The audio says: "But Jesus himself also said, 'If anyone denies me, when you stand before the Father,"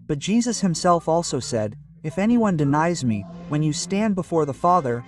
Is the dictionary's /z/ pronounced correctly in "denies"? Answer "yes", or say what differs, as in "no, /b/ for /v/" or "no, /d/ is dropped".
yes